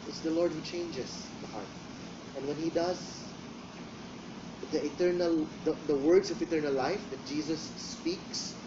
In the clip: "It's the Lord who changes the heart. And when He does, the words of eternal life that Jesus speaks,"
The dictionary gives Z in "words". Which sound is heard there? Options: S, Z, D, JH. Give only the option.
S